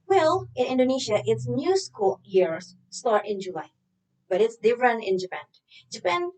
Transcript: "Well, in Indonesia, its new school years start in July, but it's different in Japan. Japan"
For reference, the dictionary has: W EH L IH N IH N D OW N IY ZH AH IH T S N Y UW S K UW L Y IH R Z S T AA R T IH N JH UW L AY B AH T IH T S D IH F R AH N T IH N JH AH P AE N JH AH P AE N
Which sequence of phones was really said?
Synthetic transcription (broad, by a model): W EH L IH N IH N D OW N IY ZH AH IH T S N Y UW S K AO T Y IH R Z S T AA R T IH N JH UW L AY B AH T IH T S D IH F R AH N IH N JH AH P AE N JH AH P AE N